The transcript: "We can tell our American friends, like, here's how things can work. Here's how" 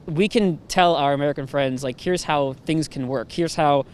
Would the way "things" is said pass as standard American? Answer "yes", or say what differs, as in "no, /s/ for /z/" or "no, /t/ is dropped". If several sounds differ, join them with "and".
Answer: yes